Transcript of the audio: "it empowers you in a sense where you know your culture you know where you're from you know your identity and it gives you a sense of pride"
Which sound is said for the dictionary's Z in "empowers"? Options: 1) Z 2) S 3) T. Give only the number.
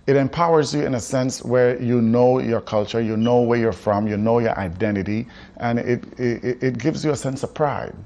1